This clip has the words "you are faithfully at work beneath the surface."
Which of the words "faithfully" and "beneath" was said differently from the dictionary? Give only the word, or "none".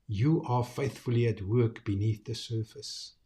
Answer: none